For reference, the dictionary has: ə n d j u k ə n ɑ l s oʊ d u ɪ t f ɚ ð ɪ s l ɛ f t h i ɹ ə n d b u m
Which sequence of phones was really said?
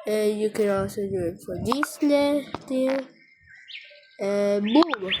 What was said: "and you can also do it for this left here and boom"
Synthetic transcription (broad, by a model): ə j u k ə n ɑ l s oʊ d u ɪ t f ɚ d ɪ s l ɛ t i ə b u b